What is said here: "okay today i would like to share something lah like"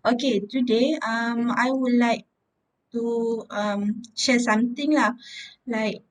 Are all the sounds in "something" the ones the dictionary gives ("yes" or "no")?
no